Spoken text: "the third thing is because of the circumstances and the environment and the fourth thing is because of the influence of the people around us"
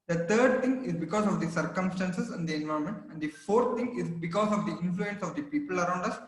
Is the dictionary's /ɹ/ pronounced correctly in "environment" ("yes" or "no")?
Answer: no